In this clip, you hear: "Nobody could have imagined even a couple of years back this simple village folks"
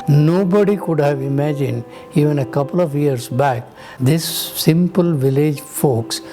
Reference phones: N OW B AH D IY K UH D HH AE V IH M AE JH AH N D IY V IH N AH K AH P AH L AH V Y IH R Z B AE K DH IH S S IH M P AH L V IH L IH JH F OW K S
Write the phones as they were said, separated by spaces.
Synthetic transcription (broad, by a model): N OW B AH D IY K UH D HH AE V IH M AE JH AH N D IY V IH N AH K AH P AH L AH V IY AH R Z B AE K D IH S S IH M P AH L V IH L IH JH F OW K S